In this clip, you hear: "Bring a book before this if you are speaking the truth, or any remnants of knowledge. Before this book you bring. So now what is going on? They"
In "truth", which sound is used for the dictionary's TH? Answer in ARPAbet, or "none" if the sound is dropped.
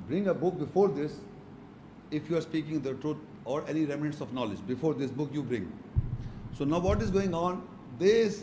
T